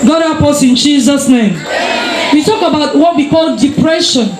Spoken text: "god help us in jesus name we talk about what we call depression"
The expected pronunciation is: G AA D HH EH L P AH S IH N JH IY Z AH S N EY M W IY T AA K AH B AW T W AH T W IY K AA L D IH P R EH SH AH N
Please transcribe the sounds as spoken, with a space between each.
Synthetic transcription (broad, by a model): G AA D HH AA P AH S IH N JH IY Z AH S N EY M W IY T AA K AH B AW T W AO T W IY K AA L D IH P R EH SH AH N